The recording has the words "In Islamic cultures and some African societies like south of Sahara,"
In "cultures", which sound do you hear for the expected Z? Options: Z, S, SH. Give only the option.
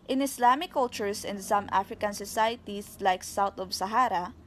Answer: S